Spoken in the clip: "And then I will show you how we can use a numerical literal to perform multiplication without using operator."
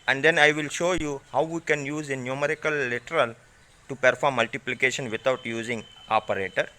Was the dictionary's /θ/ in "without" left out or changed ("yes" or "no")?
yes